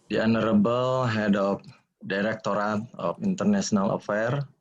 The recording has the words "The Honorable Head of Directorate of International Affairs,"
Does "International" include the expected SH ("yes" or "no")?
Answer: no